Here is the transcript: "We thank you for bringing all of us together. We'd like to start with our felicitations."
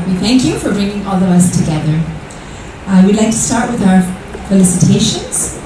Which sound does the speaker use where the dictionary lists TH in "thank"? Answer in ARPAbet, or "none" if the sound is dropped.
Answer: TH